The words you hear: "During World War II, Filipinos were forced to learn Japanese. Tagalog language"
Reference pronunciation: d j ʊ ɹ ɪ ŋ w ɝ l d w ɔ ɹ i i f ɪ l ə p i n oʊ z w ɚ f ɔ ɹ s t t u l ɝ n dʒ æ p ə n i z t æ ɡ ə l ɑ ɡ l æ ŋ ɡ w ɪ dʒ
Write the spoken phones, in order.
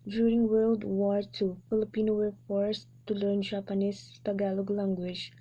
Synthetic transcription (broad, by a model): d j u ɹ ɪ ŋ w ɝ l d w ɔ ɹ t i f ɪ l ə p i n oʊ w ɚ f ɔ ɹ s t t u l ɝ n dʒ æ p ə n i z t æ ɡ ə l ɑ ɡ l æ ŋ ɡ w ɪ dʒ